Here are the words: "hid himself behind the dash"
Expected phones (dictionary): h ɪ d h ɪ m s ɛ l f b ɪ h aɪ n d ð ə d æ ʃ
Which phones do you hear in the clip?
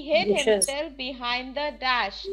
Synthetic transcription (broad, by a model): h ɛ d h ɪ s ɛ l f b ɪ h aɪ n d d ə d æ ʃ